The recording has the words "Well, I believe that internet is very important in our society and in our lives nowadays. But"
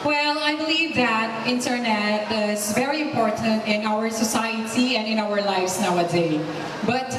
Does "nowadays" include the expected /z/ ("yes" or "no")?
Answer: no